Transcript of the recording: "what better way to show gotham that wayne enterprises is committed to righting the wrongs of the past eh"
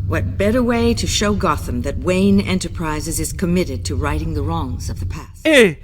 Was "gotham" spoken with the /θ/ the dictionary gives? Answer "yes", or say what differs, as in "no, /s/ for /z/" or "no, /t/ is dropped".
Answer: yes